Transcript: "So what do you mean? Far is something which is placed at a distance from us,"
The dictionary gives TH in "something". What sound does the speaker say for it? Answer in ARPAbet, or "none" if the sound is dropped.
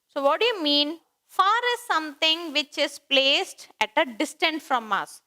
T